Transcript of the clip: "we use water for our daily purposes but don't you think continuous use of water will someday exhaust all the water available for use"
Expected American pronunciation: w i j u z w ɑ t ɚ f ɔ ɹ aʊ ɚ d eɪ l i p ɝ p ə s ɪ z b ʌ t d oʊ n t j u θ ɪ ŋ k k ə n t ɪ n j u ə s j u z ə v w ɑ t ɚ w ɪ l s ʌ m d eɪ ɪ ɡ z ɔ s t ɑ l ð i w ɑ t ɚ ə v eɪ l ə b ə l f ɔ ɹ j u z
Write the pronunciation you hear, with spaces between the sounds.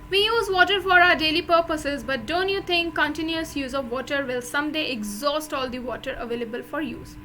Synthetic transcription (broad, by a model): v i j u z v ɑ t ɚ f ɔ ɹ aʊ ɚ d eɪ l i p ɝ p ə s ɪ z b ʌ t d oʊ n t j u t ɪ ŋ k k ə n t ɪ n j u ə s j u z ə v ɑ t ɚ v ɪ l s ʌ m d eɪ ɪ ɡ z ɔ s t ɑ l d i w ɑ t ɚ ə v eɪ l ə b ə l f ɔ ɹ j u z